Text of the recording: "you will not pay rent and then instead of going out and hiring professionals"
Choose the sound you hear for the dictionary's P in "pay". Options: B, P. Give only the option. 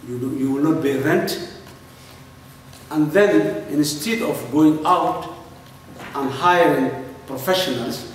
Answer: B